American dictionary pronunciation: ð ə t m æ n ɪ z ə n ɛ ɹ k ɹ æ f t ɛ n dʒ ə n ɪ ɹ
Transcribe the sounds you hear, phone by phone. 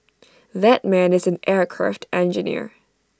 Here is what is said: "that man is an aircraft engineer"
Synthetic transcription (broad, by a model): ð ə t m æ n ɪ z n ɛ ɹ k ɹ æ f t ɛ n dʒ ə n ɪ ɹ